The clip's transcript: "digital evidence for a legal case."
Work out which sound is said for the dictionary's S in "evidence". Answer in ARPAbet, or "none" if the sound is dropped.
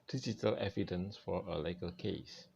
S